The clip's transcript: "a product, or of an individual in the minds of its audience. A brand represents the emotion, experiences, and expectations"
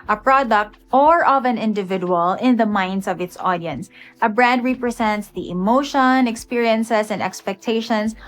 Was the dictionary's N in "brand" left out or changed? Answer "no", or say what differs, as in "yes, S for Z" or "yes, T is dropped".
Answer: yes, N is dropped